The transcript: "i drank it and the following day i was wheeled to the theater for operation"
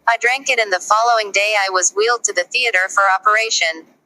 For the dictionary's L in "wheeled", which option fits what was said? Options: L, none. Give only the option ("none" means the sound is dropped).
L